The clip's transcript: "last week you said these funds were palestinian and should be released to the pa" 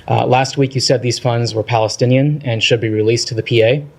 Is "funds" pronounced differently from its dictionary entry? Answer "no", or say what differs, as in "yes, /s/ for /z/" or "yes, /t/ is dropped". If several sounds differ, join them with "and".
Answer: no